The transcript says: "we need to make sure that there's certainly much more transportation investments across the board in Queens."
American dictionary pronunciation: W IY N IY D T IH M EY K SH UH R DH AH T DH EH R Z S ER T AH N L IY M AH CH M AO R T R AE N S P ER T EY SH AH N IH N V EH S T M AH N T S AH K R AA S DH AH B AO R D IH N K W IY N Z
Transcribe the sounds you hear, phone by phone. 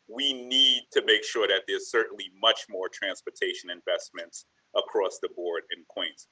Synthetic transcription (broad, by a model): W IY N IY D T IH M EY K SH UH R DH AH T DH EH R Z S ER T N L IY M AH CH M AO R T R AE N S P ER T EY SH AH N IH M V EH S T M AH N T S AH K R AA S DH AH B AO R D IH N K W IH N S